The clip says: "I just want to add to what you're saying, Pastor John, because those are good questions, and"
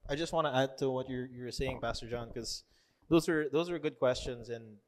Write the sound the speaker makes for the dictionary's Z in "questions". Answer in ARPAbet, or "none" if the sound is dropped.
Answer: Z